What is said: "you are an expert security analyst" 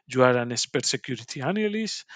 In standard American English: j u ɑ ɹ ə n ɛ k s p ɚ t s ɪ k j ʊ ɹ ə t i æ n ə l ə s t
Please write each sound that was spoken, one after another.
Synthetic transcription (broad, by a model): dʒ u ɑ ɹ ə n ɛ s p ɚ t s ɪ k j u ɹ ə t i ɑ n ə l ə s